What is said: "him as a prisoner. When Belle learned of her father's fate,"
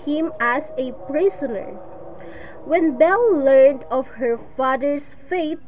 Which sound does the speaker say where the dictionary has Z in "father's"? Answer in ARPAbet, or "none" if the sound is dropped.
S